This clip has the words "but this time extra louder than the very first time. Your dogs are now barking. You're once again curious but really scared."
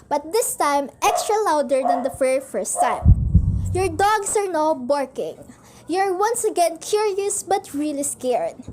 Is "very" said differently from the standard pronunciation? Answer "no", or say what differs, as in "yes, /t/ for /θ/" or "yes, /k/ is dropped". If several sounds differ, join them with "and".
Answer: yes, /f/ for /v/